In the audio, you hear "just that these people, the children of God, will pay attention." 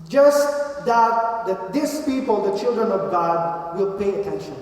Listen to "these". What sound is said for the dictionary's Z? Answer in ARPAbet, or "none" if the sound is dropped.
S